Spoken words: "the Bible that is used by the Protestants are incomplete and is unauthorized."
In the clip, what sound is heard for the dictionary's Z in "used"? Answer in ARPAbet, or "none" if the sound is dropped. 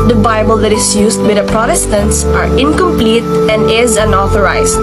S